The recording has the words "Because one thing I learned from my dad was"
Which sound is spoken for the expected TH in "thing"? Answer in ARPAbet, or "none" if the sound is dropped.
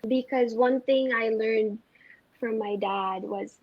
TH